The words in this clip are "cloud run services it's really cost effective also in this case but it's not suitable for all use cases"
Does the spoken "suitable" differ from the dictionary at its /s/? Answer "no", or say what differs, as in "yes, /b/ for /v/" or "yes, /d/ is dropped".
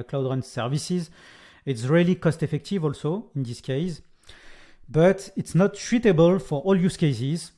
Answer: yes, /ʃ/ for /s/